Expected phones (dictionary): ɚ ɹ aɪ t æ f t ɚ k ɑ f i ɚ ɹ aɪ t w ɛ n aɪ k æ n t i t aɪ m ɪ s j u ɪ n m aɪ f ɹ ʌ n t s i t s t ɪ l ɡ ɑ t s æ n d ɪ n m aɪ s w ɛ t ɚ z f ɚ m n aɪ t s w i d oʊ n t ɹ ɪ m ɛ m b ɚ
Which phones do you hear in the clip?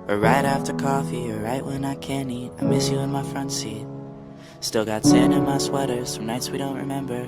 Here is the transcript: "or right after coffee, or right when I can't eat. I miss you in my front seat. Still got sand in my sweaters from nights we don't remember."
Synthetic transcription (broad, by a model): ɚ ɹ aɪ t æ f t ɚ k ɑ f i ɚ ɹ aɪ t w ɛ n aɪ k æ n i t aɪ m ɪ s j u ɪ n m aɪ f ɹ ʌ n t s i t s t ɪ l ɡ ɑ t s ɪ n ɪ n m aɪ s w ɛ t ɚ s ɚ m n aɪ t s w i d oʊ n t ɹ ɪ m ɛ m b ɚ